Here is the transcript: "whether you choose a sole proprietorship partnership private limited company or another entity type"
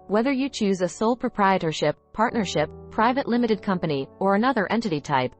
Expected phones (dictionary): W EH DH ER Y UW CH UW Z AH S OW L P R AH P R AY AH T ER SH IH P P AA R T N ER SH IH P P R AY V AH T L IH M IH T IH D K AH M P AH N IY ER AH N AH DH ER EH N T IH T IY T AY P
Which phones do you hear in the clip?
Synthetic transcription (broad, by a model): W EH DH ER Y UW CH UW Z AH S OW L P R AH P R AY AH T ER SH IH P P AA R T N ER SH IH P P R AY V AH T L IH M IH T IH D K AH M P AH N IY ER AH N AH DH ER EH N T IH T IY T AY P